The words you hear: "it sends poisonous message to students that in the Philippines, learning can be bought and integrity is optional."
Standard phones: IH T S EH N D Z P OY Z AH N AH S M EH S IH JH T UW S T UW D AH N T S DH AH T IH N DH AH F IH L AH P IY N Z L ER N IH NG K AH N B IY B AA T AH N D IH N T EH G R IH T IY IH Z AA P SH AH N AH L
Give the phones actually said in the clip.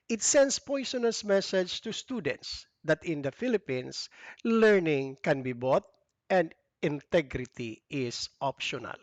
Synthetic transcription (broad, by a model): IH T S EH N D S P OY S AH N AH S M EH S IH JH T UW S T UW D AH N T S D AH T IH N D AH F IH L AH P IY N S L ER N IH NG K AH N B IY B AA T AH N D IH N T EH G R IH T IY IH S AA P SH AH N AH L